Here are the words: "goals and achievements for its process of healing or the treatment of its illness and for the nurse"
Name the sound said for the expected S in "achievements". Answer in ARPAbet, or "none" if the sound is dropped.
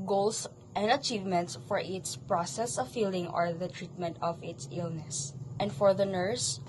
S